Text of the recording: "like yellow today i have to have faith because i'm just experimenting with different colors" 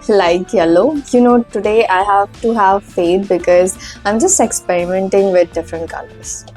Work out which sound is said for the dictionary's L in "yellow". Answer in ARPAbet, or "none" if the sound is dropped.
N